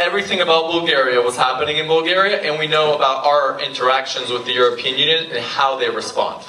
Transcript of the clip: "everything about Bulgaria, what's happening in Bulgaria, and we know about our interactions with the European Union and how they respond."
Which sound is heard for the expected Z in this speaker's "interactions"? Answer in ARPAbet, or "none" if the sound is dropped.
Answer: Z